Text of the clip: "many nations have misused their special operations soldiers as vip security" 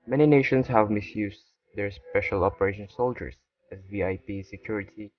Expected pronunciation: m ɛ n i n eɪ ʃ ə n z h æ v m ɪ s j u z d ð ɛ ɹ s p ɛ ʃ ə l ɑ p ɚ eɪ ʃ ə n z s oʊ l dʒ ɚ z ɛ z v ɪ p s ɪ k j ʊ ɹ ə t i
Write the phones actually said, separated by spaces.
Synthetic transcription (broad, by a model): m ɛ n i n eɪ ʃ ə n s h æ v m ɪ s j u s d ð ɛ ɹ s p ɛ ʃ ə l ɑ p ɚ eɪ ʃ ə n s oʊ l dʒ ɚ s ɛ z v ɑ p s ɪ k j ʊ ɹ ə t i